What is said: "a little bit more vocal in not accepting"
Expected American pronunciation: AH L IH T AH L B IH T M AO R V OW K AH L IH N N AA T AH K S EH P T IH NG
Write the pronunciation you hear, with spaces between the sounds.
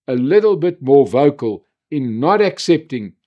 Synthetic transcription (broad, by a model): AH L IH T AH L B IH T M AO R V OW K AH L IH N N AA T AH K S EH P T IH NG